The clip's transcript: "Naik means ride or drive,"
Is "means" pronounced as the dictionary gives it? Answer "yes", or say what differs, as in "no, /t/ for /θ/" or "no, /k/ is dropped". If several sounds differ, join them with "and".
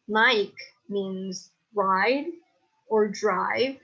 yes